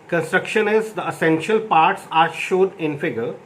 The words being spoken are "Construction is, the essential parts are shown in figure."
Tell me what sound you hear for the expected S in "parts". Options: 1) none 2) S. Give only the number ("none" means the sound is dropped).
2